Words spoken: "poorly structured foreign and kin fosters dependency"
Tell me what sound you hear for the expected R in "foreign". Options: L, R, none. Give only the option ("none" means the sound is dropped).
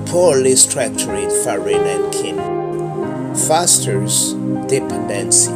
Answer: R